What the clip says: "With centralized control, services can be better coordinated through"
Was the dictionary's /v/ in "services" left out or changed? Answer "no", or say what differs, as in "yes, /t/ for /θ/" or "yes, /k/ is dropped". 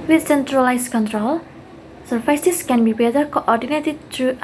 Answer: yes, /f/ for /v/